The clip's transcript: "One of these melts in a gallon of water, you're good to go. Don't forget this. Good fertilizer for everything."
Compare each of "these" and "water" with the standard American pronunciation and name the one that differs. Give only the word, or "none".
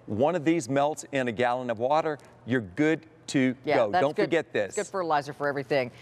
none